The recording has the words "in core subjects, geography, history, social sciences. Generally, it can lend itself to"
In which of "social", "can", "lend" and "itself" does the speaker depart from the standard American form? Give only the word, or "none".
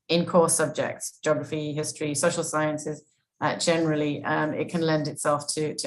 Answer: none